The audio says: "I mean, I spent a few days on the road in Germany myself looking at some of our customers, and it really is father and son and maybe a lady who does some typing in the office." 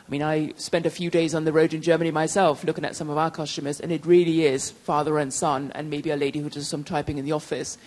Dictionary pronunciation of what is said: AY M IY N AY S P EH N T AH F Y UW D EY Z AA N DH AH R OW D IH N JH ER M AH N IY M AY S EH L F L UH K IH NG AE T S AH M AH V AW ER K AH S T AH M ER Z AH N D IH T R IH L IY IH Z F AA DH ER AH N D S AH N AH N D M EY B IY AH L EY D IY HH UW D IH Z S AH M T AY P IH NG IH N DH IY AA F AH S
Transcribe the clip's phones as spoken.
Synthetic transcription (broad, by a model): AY M IY N AY S P EH N T AH F Y UW D EY Z N DH AH R OW D IH N JH ER M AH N IY M AY S EH L F L UH K IH NG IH T S AH M AH V AW ER K AH S T AH M ER Z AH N IH T R IH L IY IH Z F AA DH ER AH N S AH N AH N M EY B IY AH L EY D IY HH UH D IH Z S AH M T AY P IH NG IH N DH IY AA F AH S